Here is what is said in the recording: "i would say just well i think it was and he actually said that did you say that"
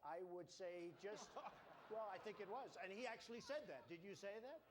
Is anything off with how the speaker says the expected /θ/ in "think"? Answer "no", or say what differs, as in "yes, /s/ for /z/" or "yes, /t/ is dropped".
no